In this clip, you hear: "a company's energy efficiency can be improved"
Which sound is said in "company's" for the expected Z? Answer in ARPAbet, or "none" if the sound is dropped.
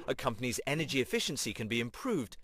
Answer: Z